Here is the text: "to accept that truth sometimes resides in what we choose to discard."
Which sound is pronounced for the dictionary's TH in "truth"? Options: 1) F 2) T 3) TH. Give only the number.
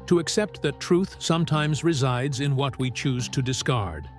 3